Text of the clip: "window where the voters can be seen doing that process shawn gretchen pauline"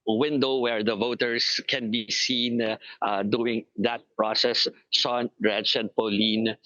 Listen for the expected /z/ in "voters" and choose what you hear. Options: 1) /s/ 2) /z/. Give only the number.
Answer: 1